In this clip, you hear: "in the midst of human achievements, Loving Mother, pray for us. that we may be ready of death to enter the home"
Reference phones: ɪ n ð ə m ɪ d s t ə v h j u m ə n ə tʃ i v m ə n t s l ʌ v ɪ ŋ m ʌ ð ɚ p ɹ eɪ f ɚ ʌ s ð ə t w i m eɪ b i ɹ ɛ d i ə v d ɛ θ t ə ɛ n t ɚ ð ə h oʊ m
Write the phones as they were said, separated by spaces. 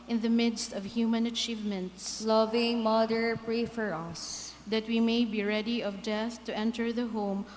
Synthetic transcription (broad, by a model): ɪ n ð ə m ɪ d s t ə v h j u m ə n ə tʃ i v m ə n t s l ʌ v ɪ ŋ m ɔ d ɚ p ɹ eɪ f ɚ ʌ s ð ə t w i m eɪ b i ɹ ɛ d i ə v d ɛ θ t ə ɛ n t ɚ ð ə h oʊ m